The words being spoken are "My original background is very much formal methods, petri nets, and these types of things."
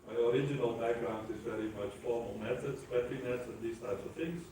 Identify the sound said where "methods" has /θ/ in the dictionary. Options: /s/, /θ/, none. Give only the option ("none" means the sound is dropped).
/s/